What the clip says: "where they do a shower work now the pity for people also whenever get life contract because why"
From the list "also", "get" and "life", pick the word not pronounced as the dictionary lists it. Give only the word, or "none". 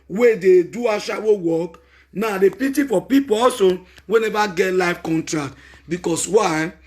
also